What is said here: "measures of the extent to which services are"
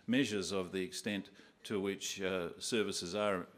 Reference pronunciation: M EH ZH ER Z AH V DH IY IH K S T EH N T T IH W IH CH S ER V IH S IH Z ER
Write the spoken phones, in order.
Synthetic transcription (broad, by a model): M EH ZH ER Z AH V DH IY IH K S T EH N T T IH W IH CH S ER V IH S IH Z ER